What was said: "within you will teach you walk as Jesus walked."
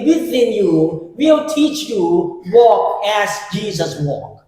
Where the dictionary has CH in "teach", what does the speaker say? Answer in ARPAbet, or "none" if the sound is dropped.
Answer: CH